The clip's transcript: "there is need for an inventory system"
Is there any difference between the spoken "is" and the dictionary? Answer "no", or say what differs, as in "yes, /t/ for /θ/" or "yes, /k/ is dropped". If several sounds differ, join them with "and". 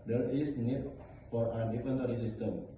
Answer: yes, /s/ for /z/